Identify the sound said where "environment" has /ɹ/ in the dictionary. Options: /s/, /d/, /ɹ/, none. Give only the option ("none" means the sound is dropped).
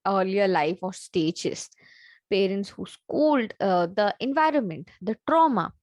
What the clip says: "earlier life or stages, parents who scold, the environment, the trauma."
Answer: /ɹ/